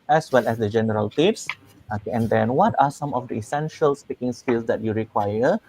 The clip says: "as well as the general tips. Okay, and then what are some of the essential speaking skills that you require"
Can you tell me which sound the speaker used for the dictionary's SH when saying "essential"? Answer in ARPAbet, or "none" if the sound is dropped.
SH